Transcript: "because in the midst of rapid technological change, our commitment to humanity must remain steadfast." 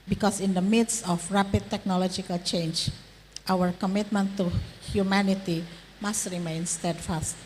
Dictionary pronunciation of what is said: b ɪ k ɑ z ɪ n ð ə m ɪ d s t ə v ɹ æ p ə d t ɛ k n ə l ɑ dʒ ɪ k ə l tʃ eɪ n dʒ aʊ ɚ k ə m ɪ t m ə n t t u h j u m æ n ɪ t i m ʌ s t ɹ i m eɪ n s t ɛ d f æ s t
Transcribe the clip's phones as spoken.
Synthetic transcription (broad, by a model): b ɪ k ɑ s ɪ n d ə m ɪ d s ə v ɹ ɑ p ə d t ɛ k n ə l ɑ dʒ ɪ k ə l tʃ eɪ n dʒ aʊ ɚ k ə m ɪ t m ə n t t u h j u m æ n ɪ t i m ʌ s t ɹ i m eɪ n s t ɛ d f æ s t